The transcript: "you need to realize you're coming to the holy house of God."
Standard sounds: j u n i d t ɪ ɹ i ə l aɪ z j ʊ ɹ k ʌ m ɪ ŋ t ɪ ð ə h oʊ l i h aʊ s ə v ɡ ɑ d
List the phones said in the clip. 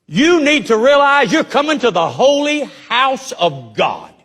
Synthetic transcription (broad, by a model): j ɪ n i d t ɪ ɹ i ə l aɪ z j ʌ ɹ k ʌ m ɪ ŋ t ɪ ð ə h oʊ l i h aʊ s ə v ɡ ɑ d